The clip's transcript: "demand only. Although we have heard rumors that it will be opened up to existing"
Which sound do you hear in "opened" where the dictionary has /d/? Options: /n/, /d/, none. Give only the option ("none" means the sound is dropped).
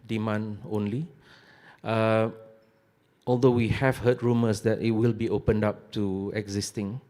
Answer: /d/